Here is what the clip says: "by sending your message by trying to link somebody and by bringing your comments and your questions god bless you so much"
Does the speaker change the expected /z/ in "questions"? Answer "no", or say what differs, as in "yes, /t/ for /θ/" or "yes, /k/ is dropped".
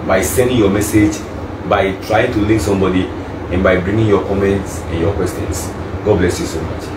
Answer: yes, /s/ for /z/